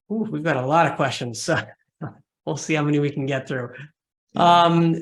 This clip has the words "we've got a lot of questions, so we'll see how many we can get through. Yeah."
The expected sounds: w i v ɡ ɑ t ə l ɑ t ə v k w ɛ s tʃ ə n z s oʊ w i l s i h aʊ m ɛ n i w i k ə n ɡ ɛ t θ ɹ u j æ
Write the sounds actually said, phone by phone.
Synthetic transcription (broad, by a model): w i v ɡ ɑ t ə l ɑ t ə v k w ɛ s tʃ ə n z s oʊ w i l s i h aʊ m ɛ n i w i k n ɡ ɛ t θ ɹ u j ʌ